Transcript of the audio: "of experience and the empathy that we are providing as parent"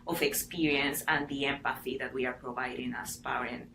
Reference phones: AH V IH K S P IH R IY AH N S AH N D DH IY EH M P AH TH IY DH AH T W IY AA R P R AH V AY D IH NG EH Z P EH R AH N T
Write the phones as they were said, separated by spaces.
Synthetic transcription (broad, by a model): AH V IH K S P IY R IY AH N S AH N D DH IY EH M P AH TH IY DH AH T W IY AA R P R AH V AY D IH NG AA S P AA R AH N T